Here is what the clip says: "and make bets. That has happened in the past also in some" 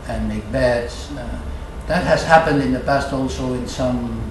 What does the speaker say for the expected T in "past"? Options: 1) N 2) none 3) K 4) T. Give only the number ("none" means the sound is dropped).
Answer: 4